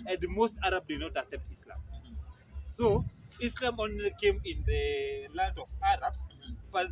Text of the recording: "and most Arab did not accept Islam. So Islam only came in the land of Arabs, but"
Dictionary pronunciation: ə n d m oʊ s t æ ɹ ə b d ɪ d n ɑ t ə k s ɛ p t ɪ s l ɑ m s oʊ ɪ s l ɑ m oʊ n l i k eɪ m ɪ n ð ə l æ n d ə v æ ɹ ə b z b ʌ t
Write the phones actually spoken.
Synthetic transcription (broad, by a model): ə n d m oʊ s t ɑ ɹ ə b d ɪ d n ɑ t ə k s ɛ p t ɪ s l ɑ m s oʊ ɪ s l ɑ m oʊ n l i k eɪ m ɪ n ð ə l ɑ n d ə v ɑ ɹ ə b s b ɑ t